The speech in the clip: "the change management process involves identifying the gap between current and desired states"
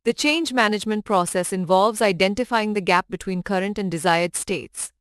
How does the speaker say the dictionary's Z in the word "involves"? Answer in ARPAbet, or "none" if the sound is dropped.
Z